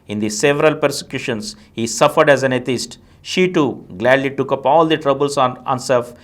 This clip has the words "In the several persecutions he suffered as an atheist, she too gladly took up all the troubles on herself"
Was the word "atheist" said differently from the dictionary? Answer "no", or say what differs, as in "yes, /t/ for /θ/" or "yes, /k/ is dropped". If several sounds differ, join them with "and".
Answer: yes, /t/ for /θ/